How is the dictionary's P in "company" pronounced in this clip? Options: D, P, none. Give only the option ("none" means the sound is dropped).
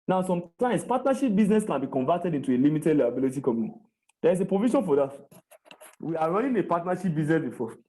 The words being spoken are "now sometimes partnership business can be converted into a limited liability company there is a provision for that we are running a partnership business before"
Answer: none